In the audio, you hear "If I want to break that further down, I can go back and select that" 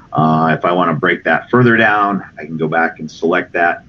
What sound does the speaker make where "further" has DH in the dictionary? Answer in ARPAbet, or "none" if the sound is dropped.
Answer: DH